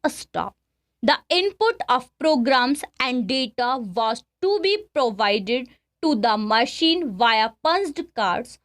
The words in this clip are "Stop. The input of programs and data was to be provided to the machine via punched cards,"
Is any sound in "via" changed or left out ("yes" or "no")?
no